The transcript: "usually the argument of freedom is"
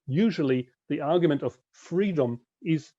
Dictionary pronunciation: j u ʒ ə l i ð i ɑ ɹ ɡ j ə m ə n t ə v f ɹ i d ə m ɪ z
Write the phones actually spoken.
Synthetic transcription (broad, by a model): j u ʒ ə l i ð i ɑ ɹ ɡ j ə m ə n t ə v f ɹ i d ə m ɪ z